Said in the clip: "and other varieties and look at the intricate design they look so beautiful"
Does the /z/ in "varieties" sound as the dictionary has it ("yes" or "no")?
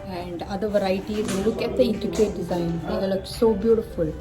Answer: no